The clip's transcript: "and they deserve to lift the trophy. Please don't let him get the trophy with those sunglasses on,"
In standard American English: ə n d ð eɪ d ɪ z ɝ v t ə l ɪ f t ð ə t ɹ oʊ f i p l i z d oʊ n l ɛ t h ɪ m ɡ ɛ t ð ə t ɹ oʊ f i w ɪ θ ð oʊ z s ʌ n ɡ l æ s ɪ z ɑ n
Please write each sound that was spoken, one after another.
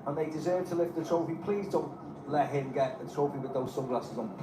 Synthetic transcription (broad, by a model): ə n ð eɪ d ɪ z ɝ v t ə l ɪ f t ð ə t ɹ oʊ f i p l i z d oʊ n l ɛ t h ɪ m ɡ ɛ t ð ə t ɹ oʊ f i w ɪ ð oʊ z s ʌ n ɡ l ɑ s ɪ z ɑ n